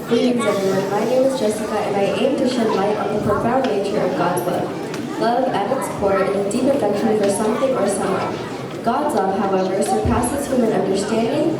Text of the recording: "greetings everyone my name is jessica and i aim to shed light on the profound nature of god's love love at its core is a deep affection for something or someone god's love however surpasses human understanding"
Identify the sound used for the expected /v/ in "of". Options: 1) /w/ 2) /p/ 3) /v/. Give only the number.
3